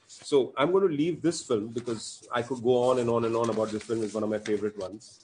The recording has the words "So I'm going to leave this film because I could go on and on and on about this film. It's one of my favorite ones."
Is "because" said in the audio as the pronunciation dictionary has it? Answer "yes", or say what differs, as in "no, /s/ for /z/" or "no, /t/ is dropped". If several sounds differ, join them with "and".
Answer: yes